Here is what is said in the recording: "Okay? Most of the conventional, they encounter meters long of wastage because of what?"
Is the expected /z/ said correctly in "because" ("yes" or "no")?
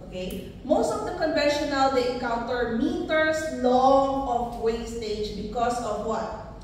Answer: no